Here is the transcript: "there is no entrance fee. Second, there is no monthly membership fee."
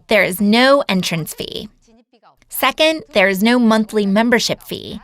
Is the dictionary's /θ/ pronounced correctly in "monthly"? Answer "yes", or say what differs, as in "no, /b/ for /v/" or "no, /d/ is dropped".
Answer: yes